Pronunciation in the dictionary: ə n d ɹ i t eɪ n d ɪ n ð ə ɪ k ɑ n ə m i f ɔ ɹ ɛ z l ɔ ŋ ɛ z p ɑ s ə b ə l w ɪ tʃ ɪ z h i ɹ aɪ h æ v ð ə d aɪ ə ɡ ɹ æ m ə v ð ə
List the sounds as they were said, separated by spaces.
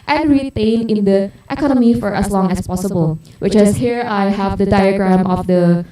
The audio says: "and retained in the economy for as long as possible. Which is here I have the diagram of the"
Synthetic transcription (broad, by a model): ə n ɹ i t eɪ n ɪ n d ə ɪ k ɑ n ə m i f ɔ ɹ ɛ s l ɔ ŋ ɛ s p ɑ s ə b ə l w ɪ tʃ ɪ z h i ɹ aɪ h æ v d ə d aɪ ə ɡ ɹ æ m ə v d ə